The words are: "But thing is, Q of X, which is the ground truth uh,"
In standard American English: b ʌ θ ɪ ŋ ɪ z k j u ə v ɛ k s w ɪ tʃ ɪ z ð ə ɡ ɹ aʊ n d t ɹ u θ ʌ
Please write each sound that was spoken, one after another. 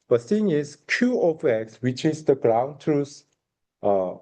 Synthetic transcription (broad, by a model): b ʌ s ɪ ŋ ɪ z k j u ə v ɛ k s w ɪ tʃ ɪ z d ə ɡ ɹ aʊ n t ɹ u s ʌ